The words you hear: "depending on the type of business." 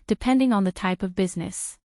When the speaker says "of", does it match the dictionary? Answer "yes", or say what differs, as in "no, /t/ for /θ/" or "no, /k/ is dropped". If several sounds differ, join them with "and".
yes